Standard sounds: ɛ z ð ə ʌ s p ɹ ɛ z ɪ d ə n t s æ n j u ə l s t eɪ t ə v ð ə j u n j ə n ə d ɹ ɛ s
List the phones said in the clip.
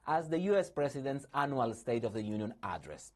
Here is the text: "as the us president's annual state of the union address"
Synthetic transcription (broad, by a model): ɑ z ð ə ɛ s p ɹ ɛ s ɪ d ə n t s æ n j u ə l s t eɪ t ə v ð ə j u n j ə n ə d ɹ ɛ s